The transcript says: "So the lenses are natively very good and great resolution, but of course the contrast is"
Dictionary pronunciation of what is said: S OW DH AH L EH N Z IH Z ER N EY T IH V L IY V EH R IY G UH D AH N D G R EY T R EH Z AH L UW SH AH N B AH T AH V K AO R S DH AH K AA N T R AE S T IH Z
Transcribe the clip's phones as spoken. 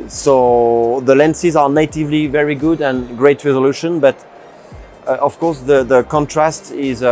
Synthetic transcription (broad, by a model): S OW DH AH L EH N S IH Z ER N EY T IH V L IY V EH R IY G UH D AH N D G R EY T R EH Z AH L UW SH AH N B AH T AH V K AO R S DH AH K AA N T R AE S T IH Z